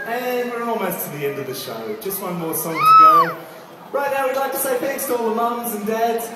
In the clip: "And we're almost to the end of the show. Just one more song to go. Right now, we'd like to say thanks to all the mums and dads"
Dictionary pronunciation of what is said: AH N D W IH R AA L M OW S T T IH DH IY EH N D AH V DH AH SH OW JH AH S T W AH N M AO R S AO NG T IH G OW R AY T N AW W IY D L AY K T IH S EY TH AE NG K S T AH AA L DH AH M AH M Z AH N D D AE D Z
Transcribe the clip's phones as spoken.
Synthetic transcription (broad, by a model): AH N W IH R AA L M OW S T T IH DH IY EH N D AH V DH AH SH OW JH AH S T W AH N M AO R S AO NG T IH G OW R AY T N AW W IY D L AY K T IH S EY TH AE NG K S T AH AA L DH AH M AH M Z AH N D D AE D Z